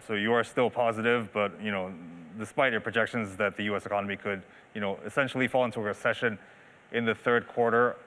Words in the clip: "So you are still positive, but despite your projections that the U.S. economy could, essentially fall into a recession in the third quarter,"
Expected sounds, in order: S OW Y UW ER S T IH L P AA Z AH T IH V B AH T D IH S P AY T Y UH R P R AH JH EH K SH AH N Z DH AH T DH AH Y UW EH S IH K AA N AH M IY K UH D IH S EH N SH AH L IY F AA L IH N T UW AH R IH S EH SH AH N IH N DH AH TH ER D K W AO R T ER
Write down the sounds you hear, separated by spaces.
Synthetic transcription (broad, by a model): S OW Y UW ER S T IH L P AA Z AH T IH V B AH T D IH S P AY T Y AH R P R AH JH EH K SH AH N Z DH AH T DH AH Y UW EH S IH K AA N AH M IY K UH D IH S EH N SH L IY F AA L IH N T UW AH R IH S EH SH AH N IH N DH AH TH ER D K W AO R T ER